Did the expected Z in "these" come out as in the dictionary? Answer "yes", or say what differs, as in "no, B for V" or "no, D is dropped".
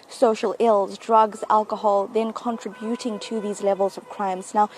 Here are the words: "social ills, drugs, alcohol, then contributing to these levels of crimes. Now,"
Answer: yes